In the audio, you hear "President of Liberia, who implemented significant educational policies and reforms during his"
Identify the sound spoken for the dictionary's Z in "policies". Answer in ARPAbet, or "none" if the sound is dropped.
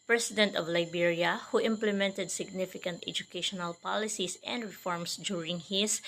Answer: S